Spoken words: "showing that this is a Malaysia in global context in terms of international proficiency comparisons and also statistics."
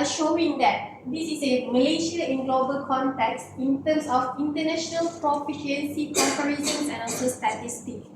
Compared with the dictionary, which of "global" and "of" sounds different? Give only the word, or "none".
of